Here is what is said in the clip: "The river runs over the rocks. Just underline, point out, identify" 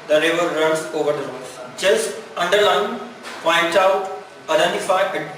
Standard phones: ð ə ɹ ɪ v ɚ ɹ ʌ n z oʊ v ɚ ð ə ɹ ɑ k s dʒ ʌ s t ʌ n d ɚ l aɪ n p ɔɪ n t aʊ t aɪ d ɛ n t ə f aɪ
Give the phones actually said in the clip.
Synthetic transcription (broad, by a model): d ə ɹ ɪ v ɚ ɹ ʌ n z oʊ v ɚ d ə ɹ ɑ s dʒ ʌ s t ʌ n d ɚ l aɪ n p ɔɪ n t aʊ t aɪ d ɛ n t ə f aɪ